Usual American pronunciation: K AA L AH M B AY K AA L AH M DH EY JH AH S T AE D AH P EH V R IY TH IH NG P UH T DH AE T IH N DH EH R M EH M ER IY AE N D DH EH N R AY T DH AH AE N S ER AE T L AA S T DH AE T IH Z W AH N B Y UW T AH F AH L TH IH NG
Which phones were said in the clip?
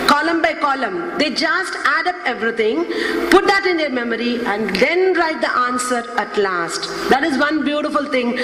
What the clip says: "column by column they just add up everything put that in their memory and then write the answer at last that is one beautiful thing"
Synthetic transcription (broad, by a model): K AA L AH M B AY K AA L AH M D EY JH AH S T AE D AH P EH V R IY T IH NG P UH T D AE T IH N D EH R M EH M ER IY AE N D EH N R AY T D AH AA N S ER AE T L AA S T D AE T IH Z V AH N B Y UW T AH F AH L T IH NG